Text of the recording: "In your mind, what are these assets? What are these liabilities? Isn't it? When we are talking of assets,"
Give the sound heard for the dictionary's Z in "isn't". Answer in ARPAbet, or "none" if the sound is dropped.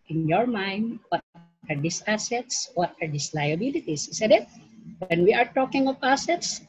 S